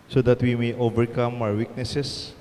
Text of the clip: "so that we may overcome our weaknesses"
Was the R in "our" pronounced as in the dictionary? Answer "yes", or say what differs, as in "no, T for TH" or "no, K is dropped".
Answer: no, W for R